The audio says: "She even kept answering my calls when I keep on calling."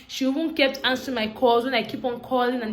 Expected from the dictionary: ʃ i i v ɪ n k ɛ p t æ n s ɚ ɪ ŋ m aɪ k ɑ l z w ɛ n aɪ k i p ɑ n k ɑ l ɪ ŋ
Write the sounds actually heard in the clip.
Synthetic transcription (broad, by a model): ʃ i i w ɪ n k ɛ p t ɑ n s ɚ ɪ m aɪ k ɑ l z w ɛ n aɪ k i p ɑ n k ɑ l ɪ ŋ